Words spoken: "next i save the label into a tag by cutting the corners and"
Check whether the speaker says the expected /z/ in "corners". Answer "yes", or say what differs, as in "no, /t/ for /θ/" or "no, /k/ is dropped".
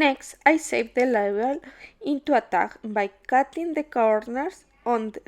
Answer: no, /s/ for /z/